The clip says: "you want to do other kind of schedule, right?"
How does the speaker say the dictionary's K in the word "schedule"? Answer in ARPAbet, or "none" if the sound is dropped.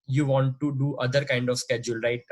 K